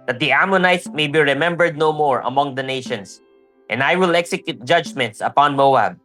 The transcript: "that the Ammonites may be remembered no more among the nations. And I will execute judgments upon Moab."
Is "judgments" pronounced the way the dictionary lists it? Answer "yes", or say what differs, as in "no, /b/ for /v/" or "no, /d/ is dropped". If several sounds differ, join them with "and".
yes